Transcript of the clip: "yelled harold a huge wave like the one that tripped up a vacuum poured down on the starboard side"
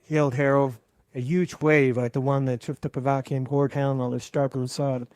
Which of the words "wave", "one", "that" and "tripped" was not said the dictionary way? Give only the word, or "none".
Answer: tripped